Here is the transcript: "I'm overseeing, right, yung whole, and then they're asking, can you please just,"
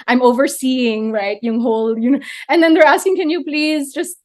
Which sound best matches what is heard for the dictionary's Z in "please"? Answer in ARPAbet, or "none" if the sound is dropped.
Z